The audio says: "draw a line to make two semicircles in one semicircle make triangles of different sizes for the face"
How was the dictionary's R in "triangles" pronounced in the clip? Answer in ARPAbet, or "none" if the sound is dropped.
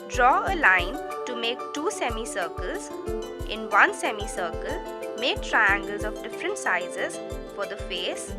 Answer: R